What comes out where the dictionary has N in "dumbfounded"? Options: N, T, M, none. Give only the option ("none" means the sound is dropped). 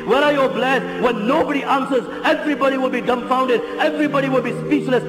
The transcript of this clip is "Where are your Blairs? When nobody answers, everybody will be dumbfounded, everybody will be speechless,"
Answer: N